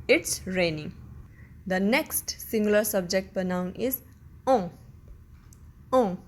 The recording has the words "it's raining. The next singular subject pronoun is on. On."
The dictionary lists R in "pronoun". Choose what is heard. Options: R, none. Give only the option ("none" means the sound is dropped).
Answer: none